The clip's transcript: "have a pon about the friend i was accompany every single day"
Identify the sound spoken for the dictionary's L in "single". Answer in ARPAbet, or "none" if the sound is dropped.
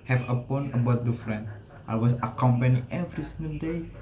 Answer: N